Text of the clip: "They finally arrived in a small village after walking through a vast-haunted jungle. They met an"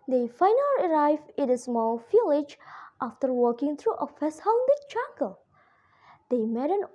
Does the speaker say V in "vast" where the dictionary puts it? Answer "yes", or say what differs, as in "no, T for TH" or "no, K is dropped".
no, F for V